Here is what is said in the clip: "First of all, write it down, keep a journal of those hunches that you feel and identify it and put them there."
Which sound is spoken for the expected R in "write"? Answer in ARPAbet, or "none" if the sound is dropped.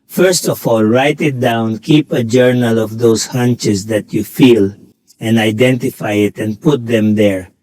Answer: R